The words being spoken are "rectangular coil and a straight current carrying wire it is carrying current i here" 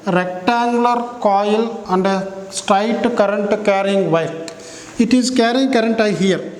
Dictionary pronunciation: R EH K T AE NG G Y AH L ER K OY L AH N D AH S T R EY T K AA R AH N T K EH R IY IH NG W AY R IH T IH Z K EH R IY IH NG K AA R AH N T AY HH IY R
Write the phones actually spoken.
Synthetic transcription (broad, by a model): R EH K T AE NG G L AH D K OY L AH N D AH S T R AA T K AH R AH N T K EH R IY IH NG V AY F IH T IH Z K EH R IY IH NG K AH R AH N T AY HH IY R